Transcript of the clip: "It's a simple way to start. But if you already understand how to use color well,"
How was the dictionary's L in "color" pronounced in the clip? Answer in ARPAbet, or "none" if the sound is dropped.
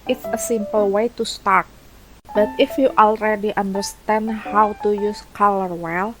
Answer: L